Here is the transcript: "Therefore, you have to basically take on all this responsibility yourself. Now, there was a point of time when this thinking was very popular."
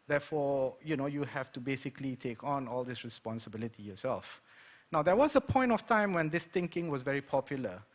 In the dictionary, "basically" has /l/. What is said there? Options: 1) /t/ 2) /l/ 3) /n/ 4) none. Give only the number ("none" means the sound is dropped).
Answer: 2